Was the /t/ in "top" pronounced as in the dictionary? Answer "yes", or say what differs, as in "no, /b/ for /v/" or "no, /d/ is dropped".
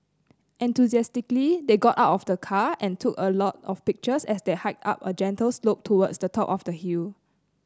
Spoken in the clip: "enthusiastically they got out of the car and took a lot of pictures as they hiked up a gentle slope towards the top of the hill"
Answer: yes